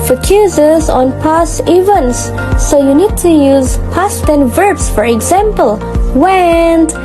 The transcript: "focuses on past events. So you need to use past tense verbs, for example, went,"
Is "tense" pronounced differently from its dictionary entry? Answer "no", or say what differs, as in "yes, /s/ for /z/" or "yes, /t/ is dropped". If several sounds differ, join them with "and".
yes, /s/ is dropped